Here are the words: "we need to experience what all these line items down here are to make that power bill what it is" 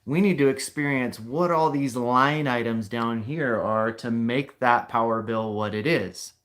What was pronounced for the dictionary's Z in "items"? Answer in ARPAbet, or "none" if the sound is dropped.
Z